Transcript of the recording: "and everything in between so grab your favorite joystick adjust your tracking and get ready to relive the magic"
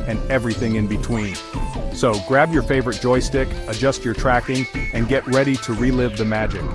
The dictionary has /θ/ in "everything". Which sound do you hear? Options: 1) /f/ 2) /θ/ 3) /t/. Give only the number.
2